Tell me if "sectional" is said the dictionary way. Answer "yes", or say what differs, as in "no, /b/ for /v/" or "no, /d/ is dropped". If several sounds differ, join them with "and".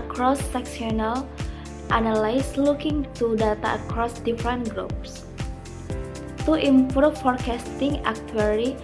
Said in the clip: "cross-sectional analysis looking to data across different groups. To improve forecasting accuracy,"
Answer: no, /s/ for /ʃ/